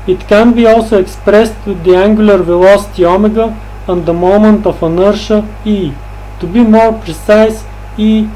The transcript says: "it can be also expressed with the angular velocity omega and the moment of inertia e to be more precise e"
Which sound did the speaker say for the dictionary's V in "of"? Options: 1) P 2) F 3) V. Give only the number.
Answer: 2